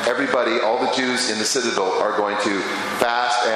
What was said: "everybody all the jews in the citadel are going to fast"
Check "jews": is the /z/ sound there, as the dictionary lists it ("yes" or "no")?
yes